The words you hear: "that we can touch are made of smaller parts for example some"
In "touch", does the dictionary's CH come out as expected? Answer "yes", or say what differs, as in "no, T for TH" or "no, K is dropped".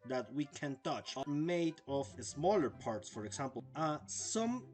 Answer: yes